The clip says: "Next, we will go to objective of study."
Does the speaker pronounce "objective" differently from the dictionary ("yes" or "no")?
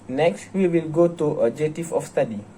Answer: yes